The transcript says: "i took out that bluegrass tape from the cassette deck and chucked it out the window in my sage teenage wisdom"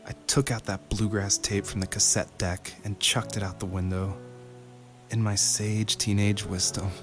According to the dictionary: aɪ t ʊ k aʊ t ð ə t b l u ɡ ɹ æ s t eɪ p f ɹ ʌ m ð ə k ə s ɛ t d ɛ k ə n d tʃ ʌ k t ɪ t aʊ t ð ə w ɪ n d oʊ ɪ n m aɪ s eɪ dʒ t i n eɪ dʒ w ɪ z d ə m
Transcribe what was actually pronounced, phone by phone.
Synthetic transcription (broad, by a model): aɪ t ʊ k aʊ t ð ə t b l u ɡ ɹ æ s t eɪ p f ɹ ʌ m ð ə k ə s ɛ t d ɛ k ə n tʃ ʌ k t ɪ t aʊ t ð ə w ɪ n d oʊ ɪ n m aɪ s eɪ dʒ t i n eɪ dʒ w ɪ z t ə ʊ